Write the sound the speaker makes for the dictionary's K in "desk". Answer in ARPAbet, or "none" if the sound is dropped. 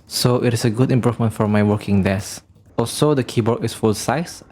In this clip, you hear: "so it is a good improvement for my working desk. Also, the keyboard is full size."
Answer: none